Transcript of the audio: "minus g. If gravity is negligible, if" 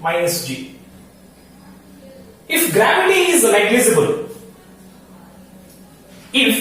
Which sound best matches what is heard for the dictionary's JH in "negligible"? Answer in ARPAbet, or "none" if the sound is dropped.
Z